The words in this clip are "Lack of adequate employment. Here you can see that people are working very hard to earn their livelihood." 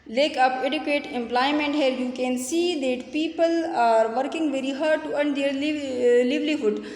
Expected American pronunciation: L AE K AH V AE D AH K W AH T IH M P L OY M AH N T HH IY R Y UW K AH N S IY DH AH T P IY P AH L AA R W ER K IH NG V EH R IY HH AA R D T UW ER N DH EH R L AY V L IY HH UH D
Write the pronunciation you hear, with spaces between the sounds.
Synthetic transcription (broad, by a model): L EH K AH P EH D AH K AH T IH M P L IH M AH N T HH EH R Y UW K AH N S IY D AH T P IY P AH L AA R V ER K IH NG V EH R IY HH AA R D T UW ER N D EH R L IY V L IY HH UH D